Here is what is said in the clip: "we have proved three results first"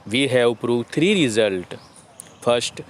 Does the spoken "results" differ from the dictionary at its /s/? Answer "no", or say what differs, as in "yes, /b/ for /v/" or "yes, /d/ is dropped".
yes, /s/ is dropped